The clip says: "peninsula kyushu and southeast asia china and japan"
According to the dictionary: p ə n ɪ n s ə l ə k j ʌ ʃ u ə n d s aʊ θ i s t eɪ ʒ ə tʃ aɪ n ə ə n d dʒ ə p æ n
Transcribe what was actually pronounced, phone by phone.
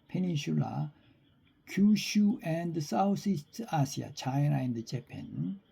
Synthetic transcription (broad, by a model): p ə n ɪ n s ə l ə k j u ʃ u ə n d s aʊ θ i s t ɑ s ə tʃ aɪ n ə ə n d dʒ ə p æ n